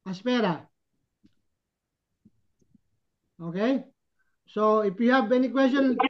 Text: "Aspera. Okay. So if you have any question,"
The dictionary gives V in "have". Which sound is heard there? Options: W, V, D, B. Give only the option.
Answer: B